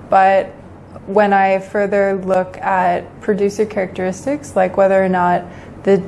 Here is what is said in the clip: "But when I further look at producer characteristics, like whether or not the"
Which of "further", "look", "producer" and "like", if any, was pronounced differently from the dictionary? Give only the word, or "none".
none